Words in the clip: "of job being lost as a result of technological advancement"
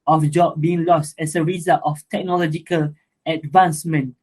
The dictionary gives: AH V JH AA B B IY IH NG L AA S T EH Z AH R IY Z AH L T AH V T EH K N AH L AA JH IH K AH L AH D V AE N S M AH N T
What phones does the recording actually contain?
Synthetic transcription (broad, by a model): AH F JH AA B B IY IH NG L AA S T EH S AH R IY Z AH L T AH F T EH K N AH L AA JH IH K AH L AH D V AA N S M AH N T